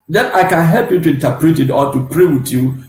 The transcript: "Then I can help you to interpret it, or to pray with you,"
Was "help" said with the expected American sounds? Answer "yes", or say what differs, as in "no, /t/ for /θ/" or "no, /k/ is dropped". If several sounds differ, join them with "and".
yes